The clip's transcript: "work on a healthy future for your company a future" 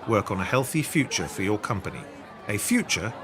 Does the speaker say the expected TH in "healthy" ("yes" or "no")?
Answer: yes